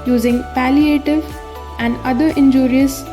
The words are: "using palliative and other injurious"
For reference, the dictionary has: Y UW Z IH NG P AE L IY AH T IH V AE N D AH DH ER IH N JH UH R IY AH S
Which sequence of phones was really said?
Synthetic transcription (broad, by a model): Y UW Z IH NG P AE L IY AH T IH V AE N D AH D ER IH N JH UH R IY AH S